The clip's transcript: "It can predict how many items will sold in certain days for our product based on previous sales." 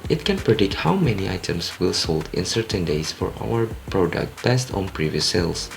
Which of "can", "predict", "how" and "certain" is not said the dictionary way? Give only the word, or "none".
none